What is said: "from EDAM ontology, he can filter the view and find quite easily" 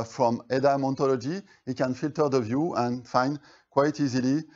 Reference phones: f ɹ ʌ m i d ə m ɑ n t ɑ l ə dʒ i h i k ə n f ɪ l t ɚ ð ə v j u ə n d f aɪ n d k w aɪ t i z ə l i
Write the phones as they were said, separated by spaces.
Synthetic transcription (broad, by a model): f ɹ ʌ m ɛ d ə m ɑ n t ɑ l ə dʒ i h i k ə n f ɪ l t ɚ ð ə v j u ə n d f aɪ n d k w aɪ t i z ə l i